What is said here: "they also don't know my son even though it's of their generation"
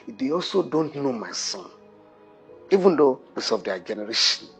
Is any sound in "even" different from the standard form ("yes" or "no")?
no